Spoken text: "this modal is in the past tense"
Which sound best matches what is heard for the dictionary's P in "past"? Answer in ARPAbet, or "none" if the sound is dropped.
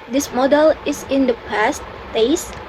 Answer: P